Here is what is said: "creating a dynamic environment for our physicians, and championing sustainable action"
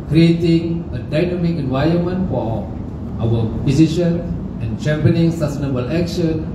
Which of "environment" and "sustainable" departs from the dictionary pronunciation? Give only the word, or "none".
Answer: environment